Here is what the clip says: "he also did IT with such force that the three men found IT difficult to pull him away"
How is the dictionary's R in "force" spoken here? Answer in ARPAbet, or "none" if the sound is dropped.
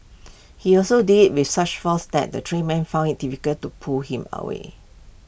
L